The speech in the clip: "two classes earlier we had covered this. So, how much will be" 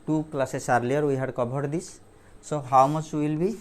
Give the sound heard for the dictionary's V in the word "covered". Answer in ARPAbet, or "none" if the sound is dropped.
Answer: B